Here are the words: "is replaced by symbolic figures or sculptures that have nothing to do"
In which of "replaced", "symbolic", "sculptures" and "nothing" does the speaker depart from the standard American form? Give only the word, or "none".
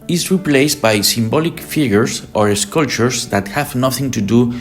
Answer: sculptures